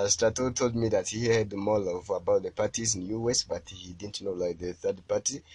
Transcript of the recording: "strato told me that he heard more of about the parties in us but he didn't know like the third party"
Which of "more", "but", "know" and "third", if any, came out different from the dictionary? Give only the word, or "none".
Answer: more